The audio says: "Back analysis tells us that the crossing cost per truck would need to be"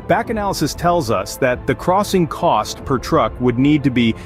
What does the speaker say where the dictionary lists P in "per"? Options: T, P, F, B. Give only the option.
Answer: P